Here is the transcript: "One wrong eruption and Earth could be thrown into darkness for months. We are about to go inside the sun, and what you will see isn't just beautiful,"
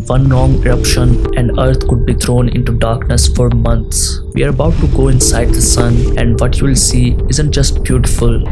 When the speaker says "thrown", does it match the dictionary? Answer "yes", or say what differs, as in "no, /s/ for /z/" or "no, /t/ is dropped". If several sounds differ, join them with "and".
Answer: no, /t/ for /θ/